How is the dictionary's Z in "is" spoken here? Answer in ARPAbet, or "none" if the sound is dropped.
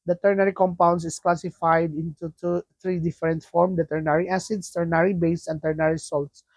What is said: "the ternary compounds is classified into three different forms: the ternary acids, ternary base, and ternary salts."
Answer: S